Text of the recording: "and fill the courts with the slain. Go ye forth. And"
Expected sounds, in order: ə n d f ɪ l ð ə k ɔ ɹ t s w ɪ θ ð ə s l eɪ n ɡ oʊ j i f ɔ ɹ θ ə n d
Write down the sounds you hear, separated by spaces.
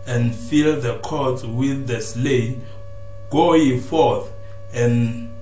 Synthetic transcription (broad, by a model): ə n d f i l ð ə k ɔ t w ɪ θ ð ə s l eɪ n ɡ oʊ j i f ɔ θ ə n